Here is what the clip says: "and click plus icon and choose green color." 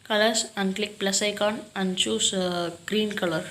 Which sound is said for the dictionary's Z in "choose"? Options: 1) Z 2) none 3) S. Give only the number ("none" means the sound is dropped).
3